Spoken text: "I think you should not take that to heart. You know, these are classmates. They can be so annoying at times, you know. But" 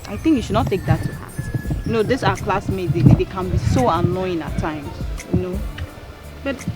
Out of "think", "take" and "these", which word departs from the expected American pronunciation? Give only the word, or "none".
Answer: these